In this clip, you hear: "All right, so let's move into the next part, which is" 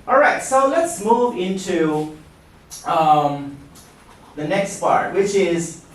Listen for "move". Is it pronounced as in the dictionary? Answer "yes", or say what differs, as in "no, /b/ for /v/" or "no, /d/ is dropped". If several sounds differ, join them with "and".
yes